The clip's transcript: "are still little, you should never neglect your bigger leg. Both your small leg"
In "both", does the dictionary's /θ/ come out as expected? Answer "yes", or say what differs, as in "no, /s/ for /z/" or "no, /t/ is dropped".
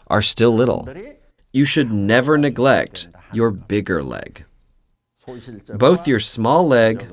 yes